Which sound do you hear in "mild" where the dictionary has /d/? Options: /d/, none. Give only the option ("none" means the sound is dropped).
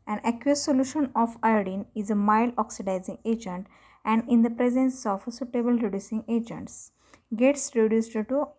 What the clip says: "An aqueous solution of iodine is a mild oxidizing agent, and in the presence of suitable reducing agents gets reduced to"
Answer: none